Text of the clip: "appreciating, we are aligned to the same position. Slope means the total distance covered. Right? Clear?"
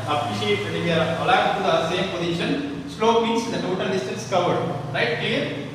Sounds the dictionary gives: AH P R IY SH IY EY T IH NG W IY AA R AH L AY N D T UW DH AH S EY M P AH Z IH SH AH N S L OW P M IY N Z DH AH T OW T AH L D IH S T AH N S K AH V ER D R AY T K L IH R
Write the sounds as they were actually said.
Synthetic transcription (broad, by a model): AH P R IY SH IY EY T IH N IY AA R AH L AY D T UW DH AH S EY M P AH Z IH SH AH N S L OW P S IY N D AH T OW T AH L D IH S T AH N S K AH V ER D R AY T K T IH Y